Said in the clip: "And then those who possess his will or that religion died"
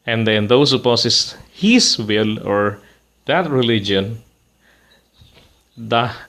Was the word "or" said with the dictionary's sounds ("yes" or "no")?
yes